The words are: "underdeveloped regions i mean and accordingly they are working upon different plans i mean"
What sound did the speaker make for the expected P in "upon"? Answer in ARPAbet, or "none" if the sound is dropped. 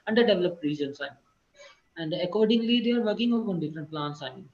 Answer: none